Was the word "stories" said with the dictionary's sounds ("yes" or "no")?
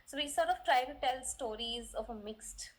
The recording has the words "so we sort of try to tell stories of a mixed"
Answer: yes